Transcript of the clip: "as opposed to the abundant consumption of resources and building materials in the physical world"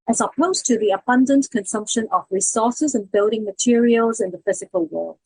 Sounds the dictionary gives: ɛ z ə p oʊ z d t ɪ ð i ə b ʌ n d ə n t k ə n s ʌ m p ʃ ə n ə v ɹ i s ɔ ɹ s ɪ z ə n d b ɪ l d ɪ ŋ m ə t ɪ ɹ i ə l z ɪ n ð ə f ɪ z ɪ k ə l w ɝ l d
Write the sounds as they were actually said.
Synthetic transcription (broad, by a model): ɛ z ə p oʊ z t ɪ ð i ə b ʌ n d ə n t k ə n s ʌ m p ʃ ə n ə v ɹ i s ɔ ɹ s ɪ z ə n b ɪ l d ɪ ŋ m ə t ɪ ɹ i ə l z ɪ n ð ə f ɪ z ɪ k ə l w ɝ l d